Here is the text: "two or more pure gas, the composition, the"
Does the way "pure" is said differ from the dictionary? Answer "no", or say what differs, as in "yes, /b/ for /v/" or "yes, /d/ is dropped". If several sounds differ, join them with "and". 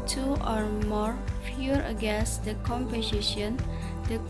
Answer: yes, /f/ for /p/